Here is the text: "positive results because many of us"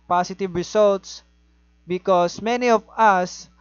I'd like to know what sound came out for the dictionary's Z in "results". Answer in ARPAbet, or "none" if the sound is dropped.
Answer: S